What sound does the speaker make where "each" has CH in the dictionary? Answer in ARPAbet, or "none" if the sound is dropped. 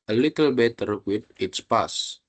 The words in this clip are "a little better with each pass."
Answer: S